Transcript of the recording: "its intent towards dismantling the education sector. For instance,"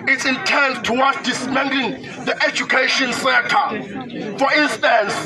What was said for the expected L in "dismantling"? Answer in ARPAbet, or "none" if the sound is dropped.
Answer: none